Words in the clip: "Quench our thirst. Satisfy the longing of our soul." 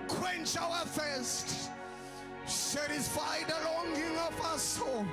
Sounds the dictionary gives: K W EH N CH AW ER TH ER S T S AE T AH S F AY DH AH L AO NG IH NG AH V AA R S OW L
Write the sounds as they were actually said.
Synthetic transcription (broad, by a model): K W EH N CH AW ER F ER S T S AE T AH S F AY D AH L AO NG IH NG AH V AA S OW